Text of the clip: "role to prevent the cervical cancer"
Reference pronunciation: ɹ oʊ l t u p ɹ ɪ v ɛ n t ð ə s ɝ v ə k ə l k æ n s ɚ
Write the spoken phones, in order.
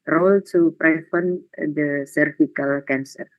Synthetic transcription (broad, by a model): ɹ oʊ l t u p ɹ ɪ f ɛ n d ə s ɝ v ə k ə l k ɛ n s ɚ